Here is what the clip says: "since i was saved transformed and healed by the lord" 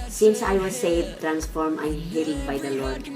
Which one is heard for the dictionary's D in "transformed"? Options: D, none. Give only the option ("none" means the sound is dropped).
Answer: none